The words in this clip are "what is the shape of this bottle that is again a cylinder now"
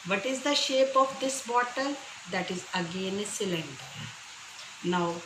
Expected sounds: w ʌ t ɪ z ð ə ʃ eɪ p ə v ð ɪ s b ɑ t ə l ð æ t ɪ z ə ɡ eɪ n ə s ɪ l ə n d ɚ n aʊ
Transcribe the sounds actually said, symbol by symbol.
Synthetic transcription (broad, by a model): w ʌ t ɪ z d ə ʃ eɪ p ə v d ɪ s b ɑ t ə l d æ t ɪ z ə ɡ eɪ n s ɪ l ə n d n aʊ